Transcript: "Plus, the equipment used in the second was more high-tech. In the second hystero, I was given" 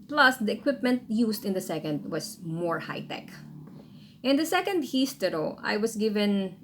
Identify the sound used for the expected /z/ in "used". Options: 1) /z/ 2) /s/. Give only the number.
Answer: 2